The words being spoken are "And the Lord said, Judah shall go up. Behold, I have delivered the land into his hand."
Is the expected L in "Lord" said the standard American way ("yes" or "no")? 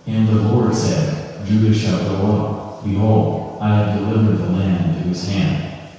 yes